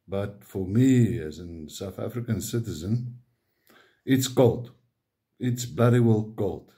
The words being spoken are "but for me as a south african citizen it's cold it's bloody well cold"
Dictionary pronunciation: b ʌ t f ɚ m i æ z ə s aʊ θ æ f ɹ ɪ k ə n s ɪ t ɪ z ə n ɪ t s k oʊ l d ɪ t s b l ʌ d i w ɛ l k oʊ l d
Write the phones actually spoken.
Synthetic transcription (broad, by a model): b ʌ t f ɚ m i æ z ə s aʊ θ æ f ɹ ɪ k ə n s ɪ t ɪ z ə n ɪ t s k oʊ l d ɪ t s b l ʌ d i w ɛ l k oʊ l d